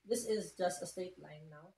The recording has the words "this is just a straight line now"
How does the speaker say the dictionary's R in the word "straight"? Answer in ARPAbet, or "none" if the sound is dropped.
none